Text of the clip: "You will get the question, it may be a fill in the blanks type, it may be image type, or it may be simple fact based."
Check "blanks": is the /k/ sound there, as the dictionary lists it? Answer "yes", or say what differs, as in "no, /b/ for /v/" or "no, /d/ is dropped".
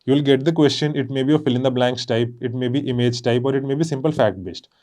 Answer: yes